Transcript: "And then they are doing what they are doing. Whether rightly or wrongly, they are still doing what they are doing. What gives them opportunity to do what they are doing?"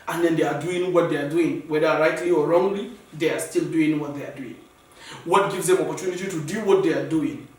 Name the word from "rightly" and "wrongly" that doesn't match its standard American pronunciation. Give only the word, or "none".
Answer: none